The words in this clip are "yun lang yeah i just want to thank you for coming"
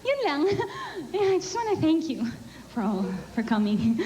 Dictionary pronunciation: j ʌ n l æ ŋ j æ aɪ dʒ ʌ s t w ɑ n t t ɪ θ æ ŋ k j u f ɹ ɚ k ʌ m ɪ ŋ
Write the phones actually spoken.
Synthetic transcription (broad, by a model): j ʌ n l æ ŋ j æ aɪ dʒ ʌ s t w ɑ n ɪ θ æ ŋ k j u f ɹ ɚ k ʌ m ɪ ŋ